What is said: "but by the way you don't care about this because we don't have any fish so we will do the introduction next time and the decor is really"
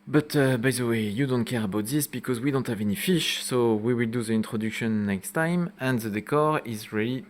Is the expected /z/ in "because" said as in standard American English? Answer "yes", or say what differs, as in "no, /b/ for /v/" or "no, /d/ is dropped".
yes